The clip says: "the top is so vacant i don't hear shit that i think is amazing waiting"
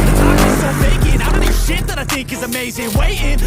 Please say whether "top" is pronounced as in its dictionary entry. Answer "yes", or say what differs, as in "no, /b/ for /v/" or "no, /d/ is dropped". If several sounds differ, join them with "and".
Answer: no, /p/ is dropped